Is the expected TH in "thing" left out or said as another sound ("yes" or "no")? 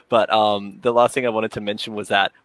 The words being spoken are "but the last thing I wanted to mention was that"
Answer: no